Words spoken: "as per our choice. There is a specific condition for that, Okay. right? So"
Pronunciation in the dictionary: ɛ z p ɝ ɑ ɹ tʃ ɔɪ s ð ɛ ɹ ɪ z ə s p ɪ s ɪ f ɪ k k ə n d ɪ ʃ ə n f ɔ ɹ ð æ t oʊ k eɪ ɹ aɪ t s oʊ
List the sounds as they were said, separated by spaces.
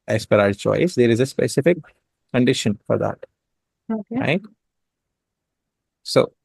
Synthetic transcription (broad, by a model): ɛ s p ɝ ɑ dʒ tʃ ɔɪ s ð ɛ ɹ ɪ z ə s p ɪ s ɪ f ɪ k k ə n d ɪ ʃ ə n f ɔ ɹ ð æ t oʊ k eɪ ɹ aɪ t s oʊ